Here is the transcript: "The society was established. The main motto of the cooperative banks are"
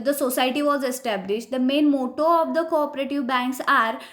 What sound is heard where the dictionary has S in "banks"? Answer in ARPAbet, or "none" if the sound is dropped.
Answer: S